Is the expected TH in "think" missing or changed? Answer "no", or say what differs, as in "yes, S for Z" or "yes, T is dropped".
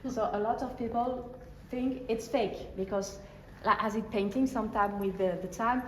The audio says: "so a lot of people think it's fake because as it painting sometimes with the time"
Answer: no